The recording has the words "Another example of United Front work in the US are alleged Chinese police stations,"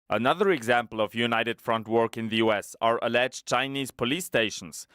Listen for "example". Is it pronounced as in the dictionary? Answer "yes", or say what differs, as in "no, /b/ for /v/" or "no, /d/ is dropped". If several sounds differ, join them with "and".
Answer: yes